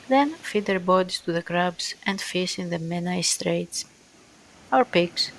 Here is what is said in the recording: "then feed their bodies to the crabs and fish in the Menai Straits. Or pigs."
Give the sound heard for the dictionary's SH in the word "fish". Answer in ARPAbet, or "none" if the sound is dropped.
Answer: S